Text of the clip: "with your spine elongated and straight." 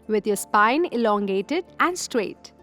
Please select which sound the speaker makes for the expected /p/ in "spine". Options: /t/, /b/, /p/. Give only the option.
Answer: /p/